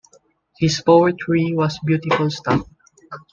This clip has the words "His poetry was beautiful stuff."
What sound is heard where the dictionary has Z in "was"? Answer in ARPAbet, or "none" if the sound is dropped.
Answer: S